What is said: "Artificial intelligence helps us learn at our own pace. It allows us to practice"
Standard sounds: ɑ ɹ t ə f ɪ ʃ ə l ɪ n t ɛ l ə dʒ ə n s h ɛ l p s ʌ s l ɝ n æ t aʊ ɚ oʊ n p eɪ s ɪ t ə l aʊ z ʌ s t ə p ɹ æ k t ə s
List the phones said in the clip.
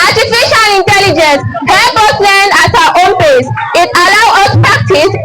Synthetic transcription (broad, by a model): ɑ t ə f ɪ ʃ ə l ɪ n t ɛ l ə dʒ ə n s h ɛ p ʌ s l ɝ n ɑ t aʊ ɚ oʊ n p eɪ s ɪ t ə l aʊ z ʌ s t p ɹ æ k t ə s